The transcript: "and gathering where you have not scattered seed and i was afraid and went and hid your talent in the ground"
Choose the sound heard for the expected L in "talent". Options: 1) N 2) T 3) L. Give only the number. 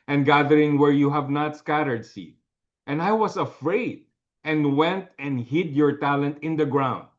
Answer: 3